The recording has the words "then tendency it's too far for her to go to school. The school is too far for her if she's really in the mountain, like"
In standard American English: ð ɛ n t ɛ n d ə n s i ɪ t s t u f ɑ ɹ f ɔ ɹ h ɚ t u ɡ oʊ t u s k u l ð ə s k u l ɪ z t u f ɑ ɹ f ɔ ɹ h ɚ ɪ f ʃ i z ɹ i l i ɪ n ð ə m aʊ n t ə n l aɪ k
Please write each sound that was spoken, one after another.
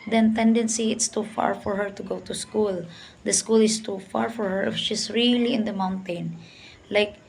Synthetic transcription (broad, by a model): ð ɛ n t ɛ n d ə n s i ɪ t s t u f ɑ ɹ f ɔ ɹ h ɚ t u ɡ oʊ t u s k u l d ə s k u l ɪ s t u f ɑ ɹ f ɔ ɹ h ɚ ɪ f ʃ i s ɹ i l i ɪ n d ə m aʊ n t ə n l aɪ k